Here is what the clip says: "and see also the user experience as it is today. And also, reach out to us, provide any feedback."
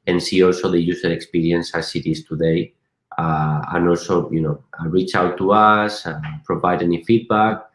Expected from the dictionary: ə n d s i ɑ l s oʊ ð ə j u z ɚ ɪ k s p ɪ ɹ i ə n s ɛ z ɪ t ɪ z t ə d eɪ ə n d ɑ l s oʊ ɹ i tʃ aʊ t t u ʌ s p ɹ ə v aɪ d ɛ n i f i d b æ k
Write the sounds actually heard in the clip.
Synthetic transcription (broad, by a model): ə n s i ɑ l s oʊ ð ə j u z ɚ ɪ k s p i ɹ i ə n s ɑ s ɪ t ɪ s t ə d eɪ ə n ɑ l s oʊ ɹ i tʃ aʊ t t u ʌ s p ɹ ə v aɪ d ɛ n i f i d b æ k